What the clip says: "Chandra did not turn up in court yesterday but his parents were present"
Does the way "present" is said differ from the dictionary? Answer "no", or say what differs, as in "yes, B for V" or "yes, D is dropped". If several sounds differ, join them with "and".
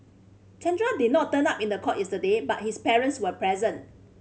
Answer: no